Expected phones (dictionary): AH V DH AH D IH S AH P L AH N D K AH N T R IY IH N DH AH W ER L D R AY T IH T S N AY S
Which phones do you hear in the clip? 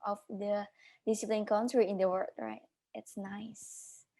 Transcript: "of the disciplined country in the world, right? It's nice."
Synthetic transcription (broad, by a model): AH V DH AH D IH S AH P L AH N K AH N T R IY IH N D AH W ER D R AY T IH T S N AY S